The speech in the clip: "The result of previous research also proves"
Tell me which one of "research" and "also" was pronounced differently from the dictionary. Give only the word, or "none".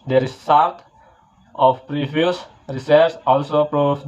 research